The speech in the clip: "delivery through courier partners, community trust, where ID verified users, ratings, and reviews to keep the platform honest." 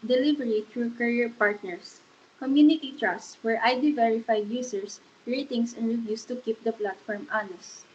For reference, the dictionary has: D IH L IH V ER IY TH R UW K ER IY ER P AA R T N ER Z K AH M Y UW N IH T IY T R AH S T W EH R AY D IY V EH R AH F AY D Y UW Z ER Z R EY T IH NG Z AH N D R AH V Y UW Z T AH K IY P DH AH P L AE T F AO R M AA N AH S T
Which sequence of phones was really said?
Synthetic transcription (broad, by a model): D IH L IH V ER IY T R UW K ER IY ER P AA R T N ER S K AH M Y UW N IH T IY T R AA S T W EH R AY D IY V EH R AH F AY D Y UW S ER S R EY T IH NG S AH N D R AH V Y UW S T AH K IY P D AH P L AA T F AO R M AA N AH S